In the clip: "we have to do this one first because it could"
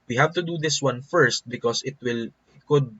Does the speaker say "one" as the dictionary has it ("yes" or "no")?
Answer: yes